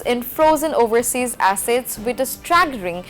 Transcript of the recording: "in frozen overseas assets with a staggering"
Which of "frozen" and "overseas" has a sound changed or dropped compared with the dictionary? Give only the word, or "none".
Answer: none